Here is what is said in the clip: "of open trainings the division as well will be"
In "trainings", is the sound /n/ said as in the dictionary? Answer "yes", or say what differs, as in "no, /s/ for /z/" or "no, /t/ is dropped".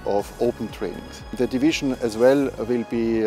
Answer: no, /n/ is dropped